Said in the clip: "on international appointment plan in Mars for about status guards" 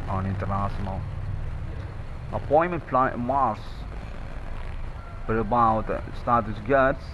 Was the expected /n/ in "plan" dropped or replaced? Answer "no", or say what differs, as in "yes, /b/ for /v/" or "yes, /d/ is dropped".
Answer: yes, /n/ is dropped